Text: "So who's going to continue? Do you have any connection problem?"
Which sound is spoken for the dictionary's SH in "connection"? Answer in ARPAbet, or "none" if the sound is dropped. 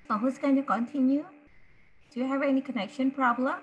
SH